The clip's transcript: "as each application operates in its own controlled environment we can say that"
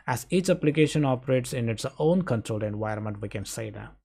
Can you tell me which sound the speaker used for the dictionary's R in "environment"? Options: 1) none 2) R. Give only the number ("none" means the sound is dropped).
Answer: 1